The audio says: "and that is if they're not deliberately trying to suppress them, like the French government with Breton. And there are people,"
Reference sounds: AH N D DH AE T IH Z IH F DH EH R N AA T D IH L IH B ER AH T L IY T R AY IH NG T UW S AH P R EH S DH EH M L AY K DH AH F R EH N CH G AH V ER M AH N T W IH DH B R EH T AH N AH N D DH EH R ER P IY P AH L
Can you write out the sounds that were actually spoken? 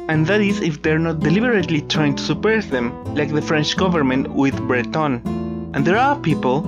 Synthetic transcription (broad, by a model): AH N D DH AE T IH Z IH F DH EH R N AA T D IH L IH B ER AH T L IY T R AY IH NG T UW S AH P EH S DH EH M L AY K DH AH F R EH N CH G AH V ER M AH N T W IH DH B R EH T AH N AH N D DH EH R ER P IY P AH L